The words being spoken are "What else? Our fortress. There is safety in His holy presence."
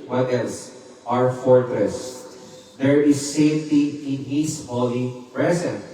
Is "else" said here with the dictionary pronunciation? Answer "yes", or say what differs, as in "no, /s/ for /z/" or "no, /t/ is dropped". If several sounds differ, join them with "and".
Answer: no, /n/ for /l/